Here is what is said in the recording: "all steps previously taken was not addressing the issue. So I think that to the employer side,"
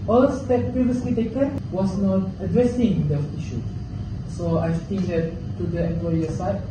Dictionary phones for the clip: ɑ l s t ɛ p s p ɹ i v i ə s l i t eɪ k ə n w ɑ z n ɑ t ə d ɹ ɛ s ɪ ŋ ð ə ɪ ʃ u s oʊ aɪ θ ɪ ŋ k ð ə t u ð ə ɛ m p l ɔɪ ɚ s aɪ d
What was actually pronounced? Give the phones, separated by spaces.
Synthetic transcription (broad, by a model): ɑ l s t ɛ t p ɹ i v i ə s l i t eɪ k ə n w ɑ s n ɑ t ə d ɹ ɛ s ɪ ŋ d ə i ʃ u s oʊ aɪ t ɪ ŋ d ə t u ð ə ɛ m p l ɔɪ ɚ s aɪ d